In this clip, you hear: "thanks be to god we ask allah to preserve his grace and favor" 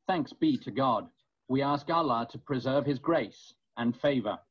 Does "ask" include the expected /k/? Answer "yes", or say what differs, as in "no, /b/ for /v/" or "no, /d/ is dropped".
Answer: yes